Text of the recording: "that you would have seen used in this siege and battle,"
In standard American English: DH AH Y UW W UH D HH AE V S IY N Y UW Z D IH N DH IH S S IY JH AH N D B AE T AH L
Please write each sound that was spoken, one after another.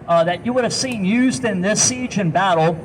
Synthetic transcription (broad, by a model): DH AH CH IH W UH D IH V S IY N Y UW Z D IH N DH IH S S IY JH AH N B AE T L